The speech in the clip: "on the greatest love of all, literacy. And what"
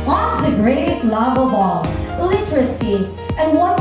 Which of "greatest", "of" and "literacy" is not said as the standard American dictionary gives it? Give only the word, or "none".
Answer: of